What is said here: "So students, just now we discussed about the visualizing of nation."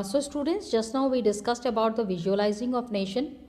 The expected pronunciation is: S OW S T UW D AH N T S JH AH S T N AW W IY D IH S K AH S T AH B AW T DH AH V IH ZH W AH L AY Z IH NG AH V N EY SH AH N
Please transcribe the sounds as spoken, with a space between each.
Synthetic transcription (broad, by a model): S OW S T UW D AH N T S JH AH S T N AW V IY D IH S K AH S T AH B AW T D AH V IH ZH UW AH L AY Z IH NG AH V N EY SH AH N